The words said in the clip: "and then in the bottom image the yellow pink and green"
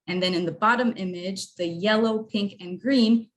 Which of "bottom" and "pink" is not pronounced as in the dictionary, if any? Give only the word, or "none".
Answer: none